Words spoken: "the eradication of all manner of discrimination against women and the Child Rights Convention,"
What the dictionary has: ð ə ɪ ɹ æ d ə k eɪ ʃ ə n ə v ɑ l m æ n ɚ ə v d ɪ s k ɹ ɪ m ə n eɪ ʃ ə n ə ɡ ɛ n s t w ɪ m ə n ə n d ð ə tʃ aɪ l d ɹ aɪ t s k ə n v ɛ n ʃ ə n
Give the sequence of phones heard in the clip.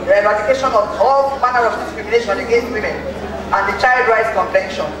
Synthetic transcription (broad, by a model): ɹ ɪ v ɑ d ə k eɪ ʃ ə n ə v ɑ l m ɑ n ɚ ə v d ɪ s k ɹ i m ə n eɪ ʃ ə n ə ɡ ɛ n s t w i m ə n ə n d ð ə tʃ aɪ l d ɹ aɪ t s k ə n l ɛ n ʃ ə n